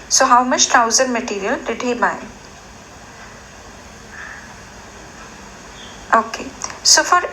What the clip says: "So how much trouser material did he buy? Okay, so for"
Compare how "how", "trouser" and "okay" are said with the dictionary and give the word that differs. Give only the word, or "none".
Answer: trouser